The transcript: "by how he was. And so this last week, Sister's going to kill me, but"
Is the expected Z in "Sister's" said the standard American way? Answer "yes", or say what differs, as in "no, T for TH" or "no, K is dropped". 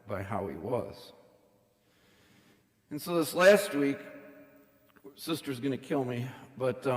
yes